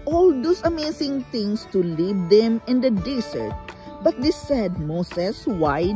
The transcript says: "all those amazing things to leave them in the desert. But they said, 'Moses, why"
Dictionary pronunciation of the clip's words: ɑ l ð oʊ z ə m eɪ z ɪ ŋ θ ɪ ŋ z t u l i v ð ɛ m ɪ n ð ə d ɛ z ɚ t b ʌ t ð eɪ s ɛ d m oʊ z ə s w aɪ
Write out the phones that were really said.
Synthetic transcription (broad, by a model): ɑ l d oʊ s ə m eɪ s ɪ ŋ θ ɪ ŋ s t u l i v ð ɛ m ɪ n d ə d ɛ s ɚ t b ʌ t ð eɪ s ɛ d m oʊ s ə s w aɪ